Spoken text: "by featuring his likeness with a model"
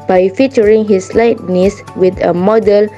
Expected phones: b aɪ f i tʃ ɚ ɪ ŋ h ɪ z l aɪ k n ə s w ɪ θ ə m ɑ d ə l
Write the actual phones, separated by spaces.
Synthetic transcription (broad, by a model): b aɪ f i tʃ ɚ ɪ ŋ h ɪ s l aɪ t n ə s w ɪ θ ə m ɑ d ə l